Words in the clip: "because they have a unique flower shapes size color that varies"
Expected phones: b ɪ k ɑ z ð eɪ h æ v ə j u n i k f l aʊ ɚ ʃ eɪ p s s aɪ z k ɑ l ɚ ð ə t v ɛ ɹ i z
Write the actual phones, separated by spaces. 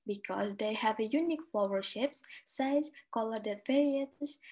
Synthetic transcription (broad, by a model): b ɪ k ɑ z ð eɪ h æ v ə j u n i k f l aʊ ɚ ʃ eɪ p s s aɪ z k ɑ l ɚ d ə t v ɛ ɹ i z